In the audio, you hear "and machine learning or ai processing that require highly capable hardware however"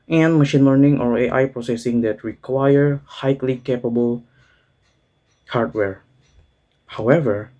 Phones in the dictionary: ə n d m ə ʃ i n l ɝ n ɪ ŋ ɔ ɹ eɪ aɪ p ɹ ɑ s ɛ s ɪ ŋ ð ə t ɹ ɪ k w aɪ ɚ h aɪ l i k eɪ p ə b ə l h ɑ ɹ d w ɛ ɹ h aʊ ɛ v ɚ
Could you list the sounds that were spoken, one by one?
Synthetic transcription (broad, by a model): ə n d m ə ʃ i n l ɝ n ɪ ŋ ɔ ɹ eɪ aɪ p ɹ ɑ s ɛ s ɪ ŋ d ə t ɹ ɪ k w aɪ ɚ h aɪ l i k eɪ p ə b ə l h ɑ ɹ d w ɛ ɹ h aʊ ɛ v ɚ